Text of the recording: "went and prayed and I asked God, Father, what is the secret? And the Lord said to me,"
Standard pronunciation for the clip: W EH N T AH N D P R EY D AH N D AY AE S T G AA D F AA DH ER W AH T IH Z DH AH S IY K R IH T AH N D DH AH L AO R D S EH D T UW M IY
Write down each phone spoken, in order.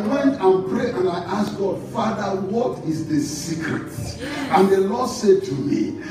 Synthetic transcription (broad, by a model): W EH N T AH N P R EY AH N AY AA S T G AA D F AA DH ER W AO T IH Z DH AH S IY K R IH T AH N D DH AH L AO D S EH D T UW M IY